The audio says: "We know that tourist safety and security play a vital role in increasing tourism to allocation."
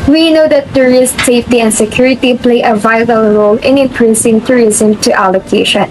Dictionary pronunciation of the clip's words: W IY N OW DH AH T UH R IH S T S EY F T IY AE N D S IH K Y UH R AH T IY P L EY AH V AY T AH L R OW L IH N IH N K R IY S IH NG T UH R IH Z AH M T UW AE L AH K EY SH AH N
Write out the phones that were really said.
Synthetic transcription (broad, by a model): W IY N OW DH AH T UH R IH S T S EY F T IY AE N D S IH K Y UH R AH T IY P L EY AH V AY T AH L R OW L IH N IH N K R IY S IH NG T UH R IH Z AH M T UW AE L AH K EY SH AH N